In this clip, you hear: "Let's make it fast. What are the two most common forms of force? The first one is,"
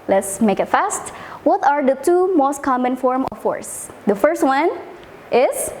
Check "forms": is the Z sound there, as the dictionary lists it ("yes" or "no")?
no